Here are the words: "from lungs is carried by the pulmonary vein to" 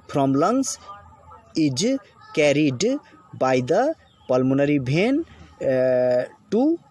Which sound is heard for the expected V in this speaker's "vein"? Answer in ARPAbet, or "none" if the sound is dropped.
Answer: B